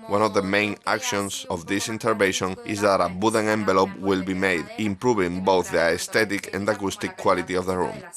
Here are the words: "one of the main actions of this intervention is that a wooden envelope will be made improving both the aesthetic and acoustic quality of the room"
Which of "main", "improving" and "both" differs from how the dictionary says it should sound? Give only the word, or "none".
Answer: none